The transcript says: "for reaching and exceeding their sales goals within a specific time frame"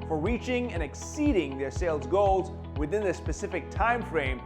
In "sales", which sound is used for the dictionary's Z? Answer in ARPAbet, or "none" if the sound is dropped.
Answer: Z